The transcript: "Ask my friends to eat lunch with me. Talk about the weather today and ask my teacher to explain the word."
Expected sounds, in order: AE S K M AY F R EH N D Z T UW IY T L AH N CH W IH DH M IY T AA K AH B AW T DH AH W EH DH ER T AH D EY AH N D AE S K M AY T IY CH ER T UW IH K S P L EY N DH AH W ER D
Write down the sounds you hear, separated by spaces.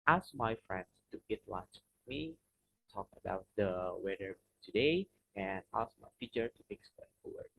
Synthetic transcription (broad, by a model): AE S K M AY F R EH N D S T UW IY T L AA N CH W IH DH M IY T AA K AH B AW T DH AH W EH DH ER T AH D EY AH N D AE S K M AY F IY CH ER T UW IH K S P EY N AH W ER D